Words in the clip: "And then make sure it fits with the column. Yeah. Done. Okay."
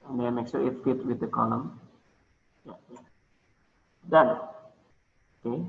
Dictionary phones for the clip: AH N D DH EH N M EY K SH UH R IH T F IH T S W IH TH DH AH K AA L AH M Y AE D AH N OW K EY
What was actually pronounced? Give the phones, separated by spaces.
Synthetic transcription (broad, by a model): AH N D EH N M EY K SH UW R IH T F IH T W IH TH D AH K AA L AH M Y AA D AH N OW K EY